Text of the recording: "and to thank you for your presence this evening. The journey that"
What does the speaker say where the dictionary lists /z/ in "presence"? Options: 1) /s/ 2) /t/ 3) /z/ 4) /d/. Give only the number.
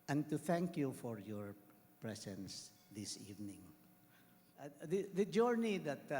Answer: 1